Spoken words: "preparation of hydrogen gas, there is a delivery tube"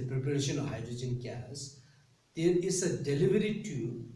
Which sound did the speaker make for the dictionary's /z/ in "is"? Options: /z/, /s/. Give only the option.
/s/